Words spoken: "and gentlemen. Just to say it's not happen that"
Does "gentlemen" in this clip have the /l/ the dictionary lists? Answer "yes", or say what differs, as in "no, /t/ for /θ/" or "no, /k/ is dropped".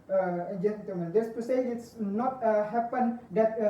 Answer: no, /l/ is dropped